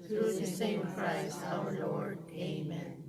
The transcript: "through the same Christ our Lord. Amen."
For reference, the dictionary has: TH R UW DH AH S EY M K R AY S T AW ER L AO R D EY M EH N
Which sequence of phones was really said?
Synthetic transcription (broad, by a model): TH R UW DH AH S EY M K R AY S AW ER L AO R D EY M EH N